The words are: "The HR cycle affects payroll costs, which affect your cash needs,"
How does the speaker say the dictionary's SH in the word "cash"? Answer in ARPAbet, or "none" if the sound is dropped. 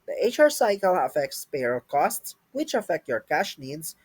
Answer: SH